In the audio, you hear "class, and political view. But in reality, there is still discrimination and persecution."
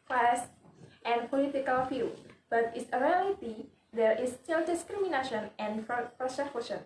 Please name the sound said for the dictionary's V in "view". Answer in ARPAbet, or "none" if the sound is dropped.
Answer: F